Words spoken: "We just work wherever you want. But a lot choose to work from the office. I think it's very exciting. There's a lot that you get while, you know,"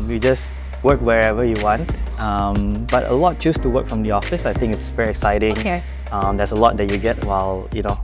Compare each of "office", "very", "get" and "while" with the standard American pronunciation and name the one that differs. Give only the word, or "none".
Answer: none